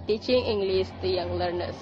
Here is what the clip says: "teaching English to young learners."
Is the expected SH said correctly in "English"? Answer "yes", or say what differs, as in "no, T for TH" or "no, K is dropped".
no, S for SH